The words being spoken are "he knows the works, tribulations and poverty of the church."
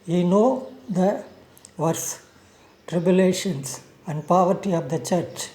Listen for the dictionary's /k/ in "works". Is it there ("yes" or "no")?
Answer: no